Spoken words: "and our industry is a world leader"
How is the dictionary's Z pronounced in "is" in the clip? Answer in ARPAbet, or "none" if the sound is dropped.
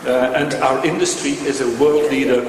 Z